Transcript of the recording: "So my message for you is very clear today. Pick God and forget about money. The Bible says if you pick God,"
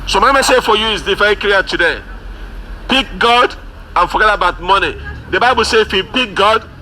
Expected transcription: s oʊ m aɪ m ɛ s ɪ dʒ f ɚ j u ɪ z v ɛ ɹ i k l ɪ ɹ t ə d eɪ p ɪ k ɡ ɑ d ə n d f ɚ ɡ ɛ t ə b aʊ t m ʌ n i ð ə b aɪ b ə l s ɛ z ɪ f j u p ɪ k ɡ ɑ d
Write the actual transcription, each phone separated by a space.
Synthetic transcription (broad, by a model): s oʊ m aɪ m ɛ s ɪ f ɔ j u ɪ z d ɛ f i k ɪ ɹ t ə d eɪ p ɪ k ɡ ɑ d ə n f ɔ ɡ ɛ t ə b aʊ t m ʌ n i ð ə b aɪ b ə l s ɛ ɪ f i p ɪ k ɡ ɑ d